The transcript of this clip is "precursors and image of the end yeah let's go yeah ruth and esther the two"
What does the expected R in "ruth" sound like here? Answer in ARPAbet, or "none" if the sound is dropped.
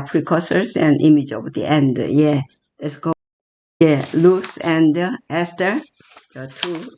L